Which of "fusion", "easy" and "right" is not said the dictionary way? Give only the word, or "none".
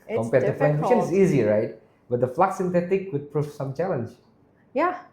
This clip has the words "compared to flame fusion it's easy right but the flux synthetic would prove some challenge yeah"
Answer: fusion